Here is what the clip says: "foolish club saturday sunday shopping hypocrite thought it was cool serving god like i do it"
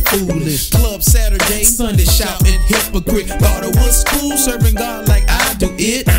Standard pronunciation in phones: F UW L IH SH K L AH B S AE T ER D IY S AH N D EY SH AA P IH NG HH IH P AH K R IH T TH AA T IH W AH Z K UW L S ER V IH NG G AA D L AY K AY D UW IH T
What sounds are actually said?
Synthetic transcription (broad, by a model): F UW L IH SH K L AH B S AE T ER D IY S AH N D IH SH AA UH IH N HH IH P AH K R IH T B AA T IH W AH S K UW L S ER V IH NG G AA L AY K AY D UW IH T